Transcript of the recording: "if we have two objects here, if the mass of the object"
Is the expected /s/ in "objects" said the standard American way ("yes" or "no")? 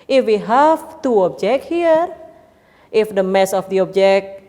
no